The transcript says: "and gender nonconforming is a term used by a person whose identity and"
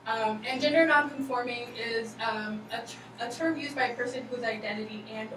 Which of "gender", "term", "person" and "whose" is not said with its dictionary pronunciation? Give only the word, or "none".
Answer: none